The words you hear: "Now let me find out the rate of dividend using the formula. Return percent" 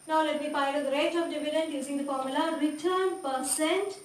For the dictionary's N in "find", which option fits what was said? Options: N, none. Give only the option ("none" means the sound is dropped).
none